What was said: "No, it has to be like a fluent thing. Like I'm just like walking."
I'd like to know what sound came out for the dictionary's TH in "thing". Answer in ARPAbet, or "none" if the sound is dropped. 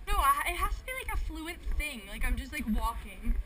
TH